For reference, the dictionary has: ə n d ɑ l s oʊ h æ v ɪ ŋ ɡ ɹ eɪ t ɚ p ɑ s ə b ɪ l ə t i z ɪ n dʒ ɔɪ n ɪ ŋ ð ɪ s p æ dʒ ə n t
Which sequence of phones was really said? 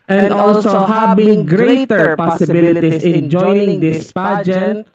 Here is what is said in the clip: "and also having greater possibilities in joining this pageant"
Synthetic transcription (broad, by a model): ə n d ɑ l s oʊ h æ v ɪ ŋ ɡ ɹ eɪ t ɚ p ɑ s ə b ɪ l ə t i s ɪ n dʒ ɔɪ ɪ ŋ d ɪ s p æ dʒ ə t